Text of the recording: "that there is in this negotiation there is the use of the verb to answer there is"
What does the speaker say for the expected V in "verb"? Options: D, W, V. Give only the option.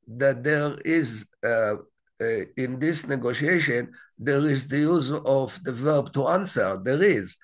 V